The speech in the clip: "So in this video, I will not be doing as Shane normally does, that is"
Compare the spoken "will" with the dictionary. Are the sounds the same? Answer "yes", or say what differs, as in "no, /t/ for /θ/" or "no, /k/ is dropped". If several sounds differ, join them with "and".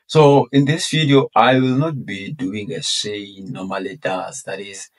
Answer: yes